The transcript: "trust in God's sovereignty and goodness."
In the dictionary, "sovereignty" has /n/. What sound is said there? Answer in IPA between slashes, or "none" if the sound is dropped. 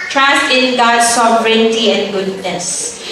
/n/